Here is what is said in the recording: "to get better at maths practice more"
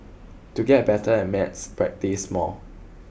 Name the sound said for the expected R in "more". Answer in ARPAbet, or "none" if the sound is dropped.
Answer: L